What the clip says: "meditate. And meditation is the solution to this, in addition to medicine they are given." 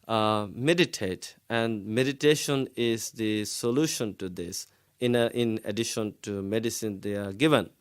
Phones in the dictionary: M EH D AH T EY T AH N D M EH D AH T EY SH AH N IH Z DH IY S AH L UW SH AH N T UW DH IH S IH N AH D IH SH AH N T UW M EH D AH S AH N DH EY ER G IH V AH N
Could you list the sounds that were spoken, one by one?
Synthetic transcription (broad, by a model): M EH D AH T EY T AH N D M EH D AH T EY SH AH N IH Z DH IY S AH L UW SH AH N T UW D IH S IH N AH D IH SH AH N T UW M EH D AH S AH N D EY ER G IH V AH N